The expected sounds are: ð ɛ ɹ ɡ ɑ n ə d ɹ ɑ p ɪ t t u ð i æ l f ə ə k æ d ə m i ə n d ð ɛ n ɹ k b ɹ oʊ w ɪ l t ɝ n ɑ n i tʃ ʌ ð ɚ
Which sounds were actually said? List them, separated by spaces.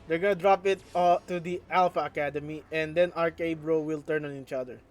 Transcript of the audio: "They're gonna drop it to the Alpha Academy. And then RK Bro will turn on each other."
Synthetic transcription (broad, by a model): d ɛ ɹ ɡ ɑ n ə d ɹ ɑ p ɪ t t u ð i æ l f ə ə k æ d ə m i ə n d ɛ n ɹ k b ɹ oʊ w ɪ l t ɝ n ɑ n i tʃ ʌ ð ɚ